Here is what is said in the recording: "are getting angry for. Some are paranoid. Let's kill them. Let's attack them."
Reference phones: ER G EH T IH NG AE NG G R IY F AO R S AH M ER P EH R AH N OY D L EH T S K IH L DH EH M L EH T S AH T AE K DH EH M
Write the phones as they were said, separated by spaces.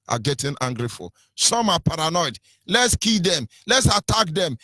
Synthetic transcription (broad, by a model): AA G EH T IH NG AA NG G R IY F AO L S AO M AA P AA R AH N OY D L EH T S K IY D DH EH M L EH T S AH T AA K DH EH M